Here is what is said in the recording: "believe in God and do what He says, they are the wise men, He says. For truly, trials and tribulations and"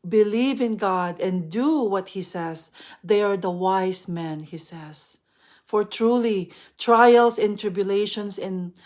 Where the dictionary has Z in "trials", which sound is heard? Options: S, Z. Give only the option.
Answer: S